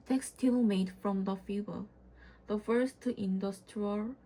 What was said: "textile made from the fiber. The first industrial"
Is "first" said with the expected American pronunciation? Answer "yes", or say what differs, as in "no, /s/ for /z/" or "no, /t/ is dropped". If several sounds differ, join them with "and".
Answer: yes